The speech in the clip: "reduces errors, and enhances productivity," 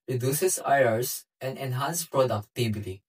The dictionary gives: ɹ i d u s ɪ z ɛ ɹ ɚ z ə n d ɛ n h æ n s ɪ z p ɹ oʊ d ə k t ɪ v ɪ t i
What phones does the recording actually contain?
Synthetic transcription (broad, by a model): ɹ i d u s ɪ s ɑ ɚ s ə n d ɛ n h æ n s p ɹ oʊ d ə k t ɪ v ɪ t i